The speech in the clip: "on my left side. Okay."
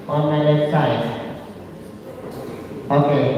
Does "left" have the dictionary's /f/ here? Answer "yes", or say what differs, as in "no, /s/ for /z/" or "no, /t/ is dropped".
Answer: no, /f/ is dropped